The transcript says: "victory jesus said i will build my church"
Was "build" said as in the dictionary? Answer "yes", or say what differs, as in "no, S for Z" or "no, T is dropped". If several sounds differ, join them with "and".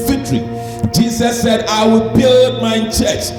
yes